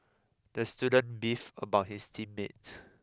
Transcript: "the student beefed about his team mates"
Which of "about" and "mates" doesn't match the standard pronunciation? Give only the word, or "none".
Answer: mates